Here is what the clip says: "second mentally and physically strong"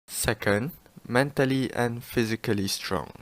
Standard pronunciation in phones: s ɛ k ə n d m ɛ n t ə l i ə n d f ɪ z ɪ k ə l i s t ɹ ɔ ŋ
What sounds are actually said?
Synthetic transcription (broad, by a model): s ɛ k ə n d m ɛ n t ə l i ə n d f ɪ z ɪ k ə l i s t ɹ ɔ ŋ